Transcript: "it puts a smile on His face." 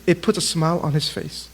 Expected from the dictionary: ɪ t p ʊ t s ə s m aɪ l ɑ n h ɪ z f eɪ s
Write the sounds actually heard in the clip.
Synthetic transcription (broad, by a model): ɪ t p ʊ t ə s m aɪ l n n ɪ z f eɪ s